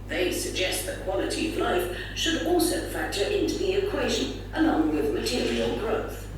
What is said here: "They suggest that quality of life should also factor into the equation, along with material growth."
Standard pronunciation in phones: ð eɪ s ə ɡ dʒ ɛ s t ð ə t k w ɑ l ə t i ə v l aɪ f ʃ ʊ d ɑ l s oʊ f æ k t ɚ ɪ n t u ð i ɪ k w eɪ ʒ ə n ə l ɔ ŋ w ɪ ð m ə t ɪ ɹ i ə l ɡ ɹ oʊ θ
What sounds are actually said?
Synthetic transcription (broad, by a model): ð eɪ s ə ɡ dʒ ɛ s t ð ə t k w ɑ l ə t i ə v l aɪ f ʃ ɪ d ɑ l s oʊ f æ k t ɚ ɪ n t u ð i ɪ k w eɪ ʒ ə n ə n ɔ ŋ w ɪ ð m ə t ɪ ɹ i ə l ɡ ɹ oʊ θ